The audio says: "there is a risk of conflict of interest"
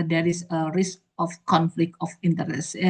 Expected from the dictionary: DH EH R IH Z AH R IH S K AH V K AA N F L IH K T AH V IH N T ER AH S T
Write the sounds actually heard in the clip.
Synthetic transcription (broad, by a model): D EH R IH S AH R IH S K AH F K AA N F L IH K T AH F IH N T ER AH S